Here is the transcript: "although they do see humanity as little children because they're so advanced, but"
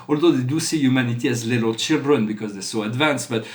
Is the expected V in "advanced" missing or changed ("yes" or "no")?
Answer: no